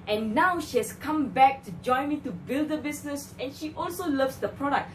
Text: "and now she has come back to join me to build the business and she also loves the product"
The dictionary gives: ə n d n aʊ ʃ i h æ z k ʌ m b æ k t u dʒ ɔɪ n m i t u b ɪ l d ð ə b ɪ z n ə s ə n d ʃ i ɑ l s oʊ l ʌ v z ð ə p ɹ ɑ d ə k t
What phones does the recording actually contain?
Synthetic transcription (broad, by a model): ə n n aʊ ʃ i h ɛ s k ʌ m b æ k t u dʒ ɔɪ n m i t u b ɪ l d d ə b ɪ s n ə s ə n ʃ i ɑ l s oʊ l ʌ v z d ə p ɹ ɑ d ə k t